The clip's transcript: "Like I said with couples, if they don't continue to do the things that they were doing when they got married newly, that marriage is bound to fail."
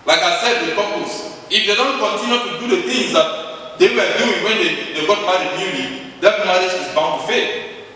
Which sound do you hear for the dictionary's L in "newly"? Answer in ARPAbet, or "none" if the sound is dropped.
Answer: N